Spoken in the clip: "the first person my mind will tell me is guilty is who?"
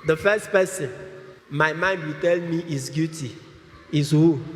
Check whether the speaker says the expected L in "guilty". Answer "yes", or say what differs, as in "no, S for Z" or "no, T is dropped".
no, L is dropped